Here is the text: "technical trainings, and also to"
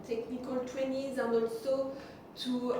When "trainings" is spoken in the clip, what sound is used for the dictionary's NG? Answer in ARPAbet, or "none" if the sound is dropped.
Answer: none